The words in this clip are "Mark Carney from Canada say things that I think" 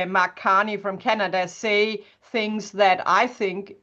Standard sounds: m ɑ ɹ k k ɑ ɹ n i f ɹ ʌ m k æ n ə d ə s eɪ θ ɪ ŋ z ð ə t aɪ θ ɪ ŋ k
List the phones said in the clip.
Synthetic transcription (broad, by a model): m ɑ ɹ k k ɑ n i f ɹ ʌ m k æ n ə d ə s eɪ θ ɪ ŋ z ð ə t aɪ θ ɪ ŋ k